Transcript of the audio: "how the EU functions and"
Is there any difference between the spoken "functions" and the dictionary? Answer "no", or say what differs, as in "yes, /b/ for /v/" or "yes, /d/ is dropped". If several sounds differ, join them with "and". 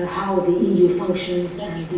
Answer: no